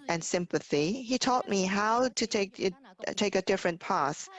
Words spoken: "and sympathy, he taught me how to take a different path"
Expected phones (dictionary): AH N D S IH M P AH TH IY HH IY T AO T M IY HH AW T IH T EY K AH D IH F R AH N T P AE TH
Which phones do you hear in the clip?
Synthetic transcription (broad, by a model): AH N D S IH M P AH TH IY HH IY T AO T M IY HH AW T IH T EY K AH D IH F R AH N P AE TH